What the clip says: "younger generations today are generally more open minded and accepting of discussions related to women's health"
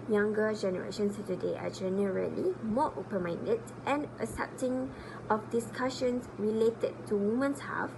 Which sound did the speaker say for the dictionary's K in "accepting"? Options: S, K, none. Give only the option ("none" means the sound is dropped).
none